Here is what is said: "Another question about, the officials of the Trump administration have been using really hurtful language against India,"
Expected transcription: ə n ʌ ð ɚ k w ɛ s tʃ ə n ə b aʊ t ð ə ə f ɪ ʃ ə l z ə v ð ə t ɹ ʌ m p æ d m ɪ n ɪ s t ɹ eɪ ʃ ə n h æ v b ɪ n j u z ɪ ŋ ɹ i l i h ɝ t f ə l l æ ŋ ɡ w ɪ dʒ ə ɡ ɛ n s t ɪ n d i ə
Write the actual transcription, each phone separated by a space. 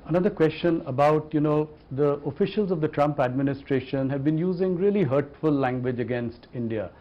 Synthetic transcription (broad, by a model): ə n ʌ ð ɚ k w ɛ s tʃ ə n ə b aʊ t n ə ə f ɪ ʃ ə l z ə v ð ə t ɹ ʌ m p æ d m ɪ n ɪ s t ɹ eɪ ʃ ə n h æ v b ɪ n j u z ɪ ŋ ɹ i l i h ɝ t f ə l l æ ŋ ɡ w ɪ dʒ ə ɡ ɛ n s t ɪ n d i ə